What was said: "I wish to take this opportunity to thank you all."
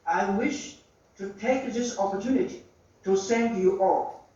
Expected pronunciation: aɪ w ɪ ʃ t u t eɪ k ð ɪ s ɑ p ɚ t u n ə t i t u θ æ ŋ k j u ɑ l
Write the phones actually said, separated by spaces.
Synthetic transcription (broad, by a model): aɪ w ɪ ʃ t u t eɪ k ð ɪ s ɑ p ɚ t u n ə t i t u s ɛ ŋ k j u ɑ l